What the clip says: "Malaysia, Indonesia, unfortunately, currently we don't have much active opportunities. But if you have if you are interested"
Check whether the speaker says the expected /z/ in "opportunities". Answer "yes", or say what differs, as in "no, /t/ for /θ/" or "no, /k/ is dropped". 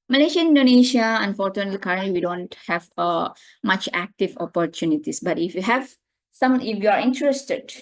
no, /s/ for /z/